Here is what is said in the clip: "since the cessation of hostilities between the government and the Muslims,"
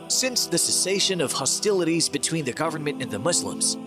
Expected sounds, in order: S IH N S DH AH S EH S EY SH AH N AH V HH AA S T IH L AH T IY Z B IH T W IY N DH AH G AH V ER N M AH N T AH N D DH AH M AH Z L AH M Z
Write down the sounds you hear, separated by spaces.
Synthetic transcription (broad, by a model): S IH N S DH AH S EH S EY SH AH N AH V HH AA S T IH L AH T IY Z B IH T W IY N DH AH G AH V ER N M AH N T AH N DH AH M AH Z L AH M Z